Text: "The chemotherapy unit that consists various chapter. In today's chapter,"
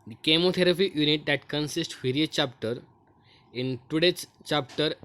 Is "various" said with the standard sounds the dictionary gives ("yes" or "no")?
no